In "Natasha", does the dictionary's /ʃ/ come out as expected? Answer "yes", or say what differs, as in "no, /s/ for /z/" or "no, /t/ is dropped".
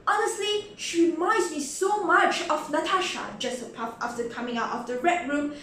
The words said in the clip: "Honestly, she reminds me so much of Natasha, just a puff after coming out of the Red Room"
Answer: yes